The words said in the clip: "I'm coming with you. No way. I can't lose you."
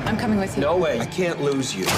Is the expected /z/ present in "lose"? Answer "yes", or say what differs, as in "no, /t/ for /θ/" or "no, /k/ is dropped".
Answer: yes